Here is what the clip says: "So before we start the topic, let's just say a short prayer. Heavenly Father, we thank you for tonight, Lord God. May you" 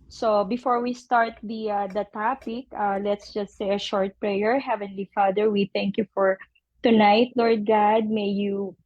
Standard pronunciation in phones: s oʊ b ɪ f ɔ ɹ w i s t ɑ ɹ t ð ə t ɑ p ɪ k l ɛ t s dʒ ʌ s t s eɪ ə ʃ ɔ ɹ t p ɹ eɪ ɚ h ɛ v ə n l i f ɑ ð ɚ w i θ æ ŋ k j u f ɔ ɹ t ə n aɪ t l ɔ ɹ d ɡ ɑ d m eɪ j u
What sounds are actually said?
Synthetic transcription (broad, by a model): s oʊ b ɪ f ɔ ɹ w i s t ɑ ɹ t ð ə t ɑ p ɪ k l ɛ t s dʒ ʌ s t s eɪ ə ʃ ɔ ɹ t p ɹ eɪ ɚ h ɛ v ə n l i f ɑ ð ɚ w i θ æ ŋ k j u f ɔ ɹ t ə n aɪ t l ɔ ɹ d ɡ ɑ d m eɪ j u